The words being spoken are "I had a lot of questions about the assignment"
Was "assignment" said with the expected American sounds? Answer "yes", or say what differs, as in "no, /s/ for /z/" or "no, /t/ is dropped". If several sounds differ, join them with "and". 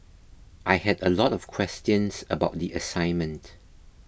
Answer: yes